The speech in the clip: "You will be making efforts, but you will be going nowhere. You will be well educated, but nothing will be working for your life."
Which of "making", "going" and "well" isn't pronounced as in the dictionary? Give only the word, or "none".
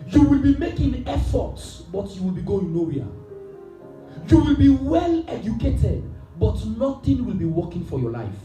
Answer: none